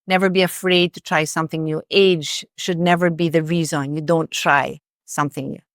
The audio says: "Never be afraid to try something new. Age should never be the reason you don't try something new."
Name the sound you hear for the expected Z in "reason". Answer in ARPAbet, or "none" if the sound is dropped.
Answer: Z